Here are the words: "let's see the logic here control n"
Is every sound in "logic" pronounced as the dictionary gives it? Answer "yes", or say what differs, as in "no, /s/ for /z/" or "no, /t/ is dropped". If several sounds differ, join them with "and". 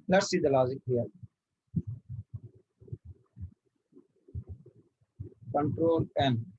no, /z/ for /dʒ/